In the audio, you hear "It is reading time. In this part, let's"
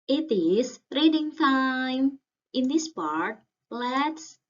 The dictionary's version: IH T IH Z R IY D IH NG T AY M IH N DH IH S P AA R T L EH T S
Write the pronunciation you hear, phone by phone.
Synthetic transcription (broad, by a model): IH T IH S R IY D IH NG T AY M IH N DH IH S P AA R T L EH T S